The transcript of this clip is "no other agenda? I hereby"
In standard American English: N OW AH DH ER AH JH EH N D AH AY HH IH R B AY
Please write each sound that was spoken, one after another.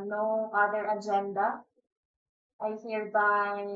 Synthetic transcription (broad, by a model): N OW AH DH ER AH JH EH N D AH AY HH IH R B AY